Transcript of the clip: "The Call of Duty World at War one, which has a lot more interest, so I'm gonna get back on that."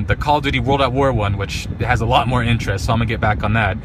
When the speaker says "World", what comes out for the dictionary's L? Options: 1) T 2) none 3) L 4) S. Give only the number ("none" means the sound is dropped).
3